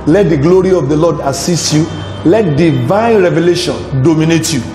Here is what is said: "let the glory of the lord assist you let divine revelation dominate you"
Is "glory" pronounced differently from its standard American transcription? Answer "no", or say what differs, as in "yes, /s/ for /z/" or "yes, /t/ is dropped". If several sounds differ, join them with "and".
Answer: no